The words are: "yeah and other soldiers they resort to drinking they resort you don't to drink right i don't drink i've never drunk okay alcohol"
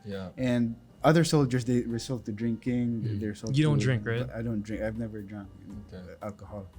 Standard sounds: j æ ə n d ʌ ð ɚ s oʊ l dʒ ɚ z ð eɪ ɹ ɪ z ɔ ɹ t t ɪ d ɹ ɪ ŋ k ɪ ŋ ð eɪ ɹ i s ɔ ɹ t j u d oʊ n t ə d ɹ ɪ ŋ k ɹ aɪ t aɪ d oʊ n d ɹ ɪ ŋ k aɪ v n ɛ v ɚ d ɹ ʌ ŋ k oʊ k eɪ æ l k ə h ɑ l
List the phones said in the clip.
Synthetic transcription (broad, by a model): j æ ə n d ʌ ð ɚ s oʊ l dʒ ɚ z ð eɪ ɹ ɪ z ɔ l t t ɪ d ɹ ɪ ŋ k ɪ ŋ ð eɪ ɹ s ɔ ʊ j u d oʊ n d ɹ ɪ ŋ k ɹ aɪ t aɪ d oʊ n d ɹ ɪ ŋ k aɪ v n ɛ v ɚ d ɹ ʌ ŋ k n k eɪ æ l k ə h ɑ l